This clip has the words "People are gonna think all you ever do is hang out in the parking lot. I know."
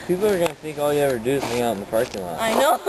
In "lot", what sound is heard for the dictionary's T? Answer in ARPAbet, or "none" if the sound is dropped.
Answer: none